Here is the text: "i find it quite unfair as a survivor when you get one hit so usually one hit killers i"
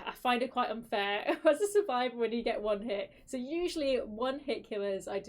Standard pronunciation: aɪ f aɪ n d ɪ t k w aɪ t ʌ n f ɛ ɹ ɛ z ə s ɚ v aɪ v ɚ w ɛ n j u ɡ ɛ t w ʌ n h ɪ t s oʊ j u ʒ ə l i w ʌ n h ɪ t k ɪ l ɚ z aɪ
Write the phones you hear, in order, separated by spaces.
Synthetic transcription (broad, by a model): aɪ f aɪ n d ɪ t k w aɪ t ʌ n f ɛ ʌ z ə s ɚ v aɪ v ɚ w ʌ n j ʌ ɡ ɛ t w ʌ n h ɪ t s oʊ j u ʒ ə l i w ʌ n h ɪ t k ɪ l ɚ z aɪ